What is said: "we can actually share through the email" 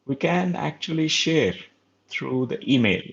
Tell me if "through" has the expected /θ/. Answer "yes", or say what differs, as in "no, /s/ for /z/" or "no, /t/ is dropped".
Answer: no, /t/ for /θ/